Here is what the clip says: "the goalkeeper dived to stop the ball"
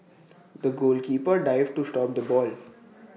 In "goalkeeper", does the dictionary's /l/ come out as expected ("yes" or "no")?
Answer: yes